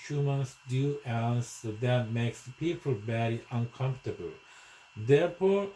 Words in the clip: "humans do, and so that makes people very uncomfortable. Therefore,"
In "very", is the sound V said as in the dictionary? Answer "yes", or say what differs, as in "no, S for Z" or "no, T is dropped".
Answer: no, B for V